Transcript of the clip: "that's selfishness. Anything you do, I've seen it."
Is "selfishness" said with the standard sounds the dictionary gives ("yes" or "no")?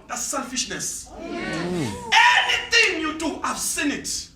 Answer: yes